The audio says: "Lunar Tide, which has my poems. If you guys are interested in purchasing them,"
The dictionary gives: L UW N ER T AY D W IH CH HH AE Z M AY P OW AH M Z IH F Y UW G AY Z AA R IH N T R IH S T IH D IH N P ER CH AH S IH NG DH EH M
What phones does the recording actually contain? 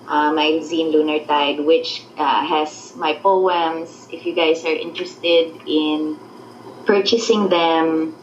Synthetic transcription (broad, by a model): L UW N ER T AY D W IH CH HH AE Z M AY P OW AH M S IH F Y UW G AY S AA R IH N T R IH S T IH D IH N P ER CH AH S IH NG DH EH M